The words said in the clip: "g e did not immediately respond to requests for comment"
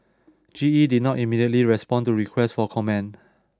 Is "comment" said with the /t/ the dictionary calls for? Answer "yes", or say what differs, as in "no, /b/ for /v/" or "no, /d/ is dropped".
no, /t/ is dropped